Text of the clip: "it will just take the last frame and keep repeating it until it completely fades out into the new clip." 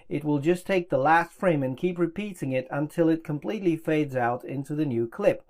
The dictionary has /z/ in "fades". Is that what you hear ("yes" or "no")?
yes